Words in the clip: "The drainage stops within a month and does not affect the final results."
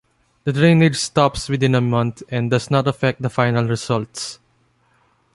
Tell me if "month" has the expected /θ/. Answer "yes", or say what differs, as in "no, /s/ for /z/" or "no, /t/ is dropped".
no, /t/ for /θ/